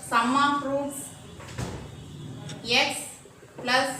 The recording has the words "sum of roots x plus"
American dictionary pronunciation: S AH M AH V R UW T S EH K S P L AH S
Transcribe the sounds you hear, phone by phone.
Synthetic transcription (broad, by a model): S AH M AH P R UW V EH K S P L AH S